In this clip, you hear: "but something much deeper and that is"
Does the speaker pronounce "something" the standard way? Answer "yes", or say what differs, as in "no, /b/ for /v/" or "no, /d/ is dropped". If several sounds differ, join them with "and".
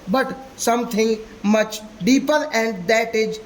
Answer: no, /t/ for /θ/